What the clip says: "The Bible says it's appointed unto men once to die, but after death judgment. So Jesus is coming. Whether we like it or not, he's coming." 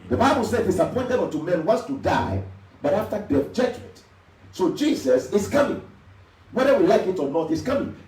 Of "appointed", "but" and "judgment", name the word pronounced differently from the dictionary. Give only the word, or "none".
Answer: judgment